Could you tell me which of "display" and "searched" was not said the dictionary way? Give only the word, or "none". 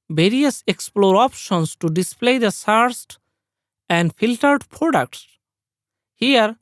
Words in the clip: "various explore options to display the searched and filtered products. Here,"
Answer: searched